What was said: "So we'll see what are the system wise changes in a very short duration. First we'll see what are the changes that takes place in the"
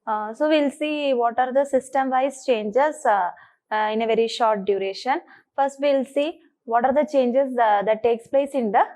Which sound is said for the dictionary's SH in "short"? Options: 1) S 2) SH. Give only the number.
2